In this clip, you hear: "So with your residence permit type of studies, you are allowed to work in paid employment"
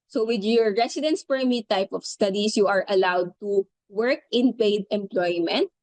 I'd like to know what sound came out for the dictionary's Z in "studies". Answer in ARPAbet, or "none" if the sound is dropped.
S